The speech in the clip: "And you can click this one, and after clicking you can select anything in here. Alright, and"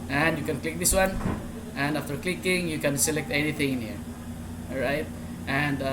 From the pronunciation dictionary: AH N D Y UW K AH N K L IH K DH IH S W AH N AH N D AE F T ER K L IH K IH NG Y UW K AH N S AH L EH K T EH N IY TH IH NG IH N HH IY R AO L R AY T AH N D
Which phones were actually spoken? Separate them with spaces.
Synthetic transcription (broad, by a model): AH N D Y UW K AH N K L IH K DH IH S W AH N AH N D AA F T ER K L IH K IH NG Y UW K AH N S AH L EH K T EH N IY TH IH NG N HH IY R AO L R AY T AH N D